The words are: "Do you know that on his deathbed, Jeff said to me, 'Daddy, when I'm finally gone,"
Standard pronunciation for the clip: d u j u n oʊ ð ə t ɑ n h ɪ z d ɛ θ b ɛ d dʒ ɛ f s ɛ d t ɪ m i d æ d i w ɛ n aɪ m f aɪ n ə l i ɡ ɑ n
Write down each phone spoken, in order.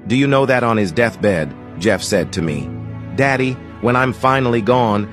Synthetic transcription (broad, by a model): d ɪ j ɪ n oʊ ð ə t n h ɪ z d ɛ θ b ɛ d dʒ ɛ f s ɛ d t ɪ m i d æ d i w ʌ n aɪ m f aɪ n l i ɡ ɑ n